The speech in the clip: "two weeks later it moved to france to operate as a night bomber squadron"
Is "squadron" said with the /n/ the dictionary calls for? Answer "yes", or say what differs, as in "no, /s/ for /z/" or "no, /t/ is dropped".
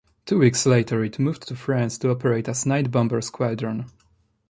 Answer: yes